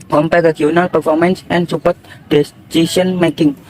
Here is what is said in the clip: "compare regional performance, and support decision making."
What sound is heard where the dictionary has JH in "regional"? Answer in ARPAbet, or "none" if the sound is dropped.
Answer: none